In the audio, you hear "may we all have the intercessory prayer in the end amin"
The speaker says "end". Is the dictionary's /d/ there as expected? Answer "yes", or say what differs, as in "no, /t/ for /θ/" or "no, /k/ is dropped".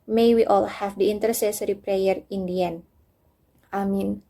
no, /d/ is dropped